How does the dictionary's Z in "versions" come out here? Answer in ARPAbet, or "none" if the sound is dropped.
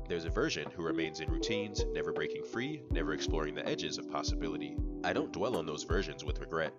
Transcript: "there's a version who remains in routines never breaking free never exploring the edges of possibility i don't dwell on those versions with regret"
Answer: Z